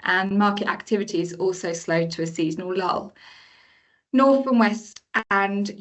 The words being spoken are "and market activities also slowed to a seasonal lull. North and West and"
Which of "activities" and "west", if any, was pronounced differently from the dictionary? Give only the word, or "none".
none